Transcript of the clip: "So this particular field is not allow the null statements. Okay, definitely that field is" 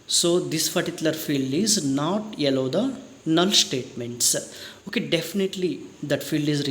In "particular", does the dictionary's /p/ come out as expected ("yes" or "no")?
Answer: no